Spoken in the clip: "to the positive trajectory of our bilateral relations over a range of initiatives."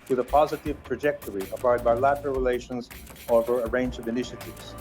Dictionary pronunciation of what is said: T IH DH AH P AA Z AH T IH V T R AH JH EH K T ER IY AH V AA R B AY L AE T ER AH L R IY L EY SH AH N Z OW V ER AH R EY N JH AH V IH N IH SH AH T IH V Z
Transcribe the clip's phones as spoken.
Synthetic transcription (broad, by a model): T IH DH AH P AA Z AH T IH V T R AH JH EH K T ER IY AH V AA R B AY L AE T ER AH L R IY L EY SH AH N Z OW V ER AH R EY N JH AH V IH N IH SH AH T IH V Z